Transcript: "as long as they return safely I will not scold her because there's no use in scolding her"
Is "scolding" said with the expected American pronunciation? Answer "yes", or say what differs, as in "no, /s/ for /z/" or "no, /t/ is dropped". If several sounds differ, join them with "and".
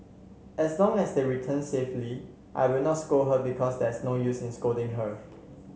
no, /l/ is dropped